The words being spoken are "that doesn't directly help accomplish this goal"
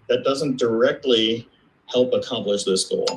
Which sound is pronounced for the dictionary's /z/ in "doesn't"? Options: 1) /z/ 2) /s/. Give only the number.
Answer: 1